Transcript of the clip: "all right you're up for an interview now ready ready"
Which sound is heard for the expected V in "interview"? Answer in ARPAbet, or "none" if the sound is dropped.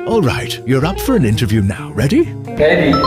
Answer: V